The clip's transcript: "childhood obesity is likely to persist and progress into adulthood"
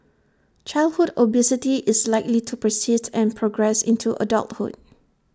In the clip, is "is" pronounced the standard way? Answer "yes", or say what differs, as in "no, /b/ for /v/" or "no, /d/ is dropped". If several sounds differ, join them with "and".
no, /s/ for /z/